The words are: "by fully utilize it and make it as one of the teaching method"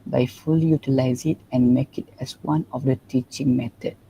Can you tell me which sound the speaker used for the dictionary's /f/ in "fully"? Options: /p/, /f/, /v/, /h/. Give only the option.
/f/